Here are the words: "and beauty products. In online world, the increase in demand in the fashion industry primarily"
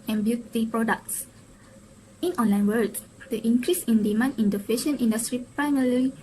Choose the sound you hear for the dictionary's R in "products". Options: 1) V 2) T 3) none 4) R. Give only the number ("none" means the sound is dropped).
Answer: 4